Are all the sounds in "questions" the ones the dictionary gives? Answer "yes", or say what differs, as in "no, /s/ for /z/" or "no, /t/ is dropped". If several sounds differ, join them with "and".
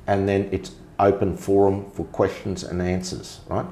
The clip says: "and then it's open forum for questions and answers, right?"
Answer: yes